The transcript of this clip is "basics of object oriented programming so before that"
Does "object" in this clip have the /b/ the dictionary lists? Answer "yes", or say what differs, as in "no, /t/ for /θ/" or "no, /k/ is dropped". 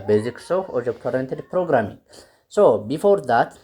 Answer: no, /b/ is dropped